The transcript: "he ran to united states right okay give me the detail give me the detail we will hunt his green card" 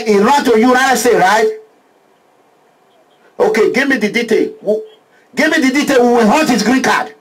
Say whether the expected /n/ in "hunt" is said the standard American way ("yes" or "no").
no